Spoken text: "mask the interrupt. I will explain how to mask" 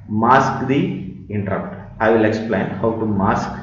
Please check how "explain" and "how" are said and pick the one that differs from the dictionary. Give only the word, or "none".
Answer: none